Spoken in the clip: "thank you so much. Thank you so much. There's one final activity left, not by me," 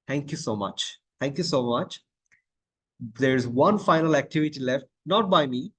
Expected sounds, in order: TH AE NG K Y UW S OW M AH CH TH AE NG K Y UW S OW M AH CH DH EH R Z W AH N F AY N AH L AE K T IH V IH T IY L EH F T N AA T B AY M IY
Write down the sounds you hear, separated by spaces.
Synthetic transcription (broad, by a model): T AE NG K Y UW S OW M AH CH T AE NG K Y UW S OW M AH CH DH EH R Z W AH N F AY N AH L AE K T IH V IH T IY L EH F T N AA T B AY M IY